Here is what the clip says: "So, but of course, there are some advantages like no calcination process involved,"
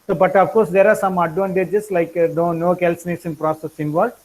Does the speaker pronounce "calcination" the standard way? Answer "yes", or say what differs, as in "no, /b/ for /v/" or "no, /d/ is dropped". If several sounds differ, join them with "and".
no, /s/ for /ʃ/